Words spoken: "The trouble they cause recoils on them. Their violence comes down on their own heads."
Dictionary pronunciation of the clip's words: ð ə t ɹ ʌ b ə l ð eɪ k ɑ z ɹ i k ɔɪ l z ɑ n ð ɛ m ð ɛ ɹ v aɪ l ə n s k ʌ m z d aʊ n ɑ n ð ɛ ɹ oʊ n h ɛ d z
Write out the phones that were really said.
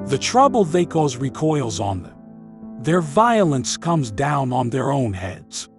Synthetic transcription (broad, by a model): ð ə t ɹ ʌ b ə l ð eɪ k ɑ z ɹ i k ɔɪ l z n ð ɛ m ð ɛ ɹ v aɪ l ə n s k ʌ m z d aʊ n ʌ n ð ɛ ɹ oʊ n h ɛ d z